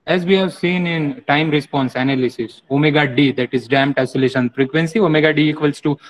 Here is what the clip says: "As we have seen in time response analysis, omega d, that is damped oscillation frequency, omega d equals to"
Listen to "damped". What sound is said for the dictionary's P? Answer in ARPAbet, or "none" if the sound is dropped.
none